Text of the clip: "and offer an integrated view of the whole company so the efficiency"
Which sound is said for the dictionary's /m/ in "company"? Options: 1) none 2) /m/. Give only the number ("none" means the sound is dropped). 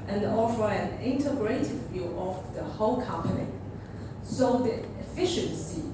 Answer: 2